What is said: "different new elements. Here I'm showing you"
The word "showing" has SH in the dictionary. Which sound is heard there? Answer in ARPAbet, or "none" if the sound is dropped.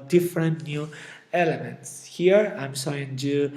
S